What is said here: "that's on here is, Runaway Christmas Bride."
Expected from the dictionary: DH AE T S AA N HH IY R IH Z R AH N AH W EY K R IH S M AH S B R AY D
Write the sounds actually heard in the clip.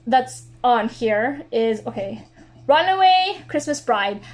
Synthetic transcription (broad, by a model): DH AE T S N HH IY R IH Z R AH N AH W EY K R IH S M AH S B R AY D